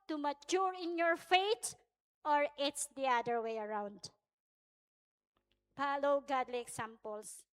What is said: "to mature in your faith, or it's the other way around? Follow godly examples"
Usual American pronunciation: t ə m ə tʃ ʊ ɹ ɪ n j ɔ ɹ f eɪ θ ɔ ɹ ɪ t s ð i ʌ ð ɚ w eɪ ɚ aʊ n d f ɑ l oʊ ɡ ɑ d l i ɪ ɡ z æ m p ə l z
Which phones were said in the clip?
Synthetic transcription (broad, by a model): t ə m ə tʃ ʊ ɹ ɪ n j ɔ ɹ f eɪ t ɔ ɹ ɪ t s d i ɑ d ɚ w eɪ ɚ aʊ n d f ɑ l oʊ ɡ ɑ d l i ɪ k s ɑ m p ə l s